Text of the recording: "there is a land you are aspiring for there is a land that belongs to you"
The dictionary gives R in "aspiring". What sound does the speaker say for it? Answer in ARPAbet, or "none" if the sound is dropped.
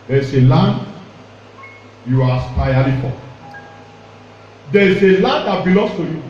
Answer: L